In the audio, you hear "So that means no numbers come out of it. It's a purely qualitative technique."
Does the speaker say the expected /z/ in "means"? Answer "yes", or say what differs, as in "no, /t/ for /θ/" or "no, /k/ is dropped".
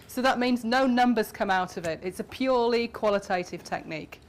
yes